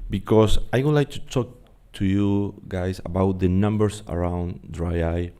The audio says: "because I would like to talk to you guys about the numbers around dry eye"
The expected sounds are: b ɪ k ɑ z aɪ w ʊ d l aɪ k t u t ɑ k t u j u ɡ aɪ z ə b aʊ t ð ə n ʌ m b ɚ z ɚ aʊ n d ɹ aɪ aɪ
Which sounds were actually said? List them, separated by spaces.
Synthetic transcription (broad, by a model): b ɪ k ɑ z aɪ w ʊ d l aɪ k t u t ɑ k t u j u ɡ aɪ s ə b aʊ t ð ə n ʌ m b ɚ s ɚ aʊ n d ɹ aɪ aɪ